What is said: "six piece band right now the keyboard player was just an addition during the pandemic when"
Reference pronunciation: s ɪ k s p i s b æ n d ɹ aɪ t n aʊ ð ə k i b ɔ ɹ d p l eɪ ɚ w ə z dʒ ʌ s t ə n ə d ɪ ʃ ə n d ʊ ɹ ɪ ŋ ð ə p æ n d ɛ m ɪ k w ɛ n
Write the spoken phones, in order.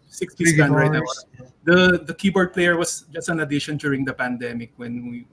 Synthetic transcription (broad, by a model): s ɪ k s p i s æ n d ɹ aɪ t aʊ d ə k i b ɔ ɹ d p l eɪ ɚ w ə s dʒ ʌ s t ə n ə d ɪ ʃ ə n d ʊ ɹ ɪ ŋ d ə p æ n d ɛ m ɪ k w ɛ n